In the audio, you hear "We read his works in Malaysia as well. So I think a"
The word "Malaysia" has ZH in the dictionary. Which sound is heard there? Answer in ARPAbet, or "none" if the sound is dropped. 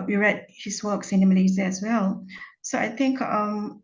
Z